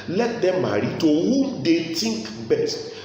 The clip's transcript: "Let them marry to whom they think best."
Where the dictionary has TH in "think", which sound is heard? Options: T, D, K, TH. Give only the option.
T